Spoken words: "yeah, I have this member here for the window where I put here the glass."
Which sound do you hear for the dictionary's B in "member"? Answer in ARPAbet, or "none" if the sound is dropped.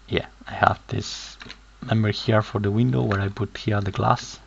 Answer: none